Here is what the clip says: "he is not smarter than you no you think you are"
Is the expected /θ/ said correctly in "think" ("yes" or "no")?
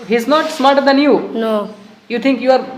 no